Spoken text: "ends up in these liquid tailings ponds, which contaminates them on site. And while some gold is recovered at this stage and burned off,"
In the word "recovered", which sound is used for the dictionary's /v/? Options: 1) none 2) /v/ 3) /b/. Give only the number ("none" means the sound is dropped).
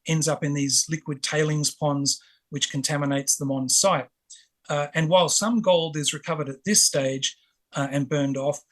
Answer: 2